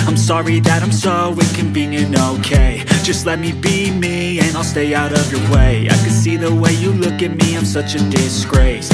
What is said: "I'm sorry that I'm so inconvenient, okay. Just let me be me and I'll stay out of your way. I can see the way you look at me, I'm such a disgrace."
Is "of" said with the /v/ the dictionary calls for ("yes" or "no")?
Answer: yes